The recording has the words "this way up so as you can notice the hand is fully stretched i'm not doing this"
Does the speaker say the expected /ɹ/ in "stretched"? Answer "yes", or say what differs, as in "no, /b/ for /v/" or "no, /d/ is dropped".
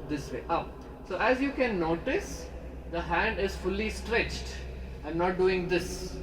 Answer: yes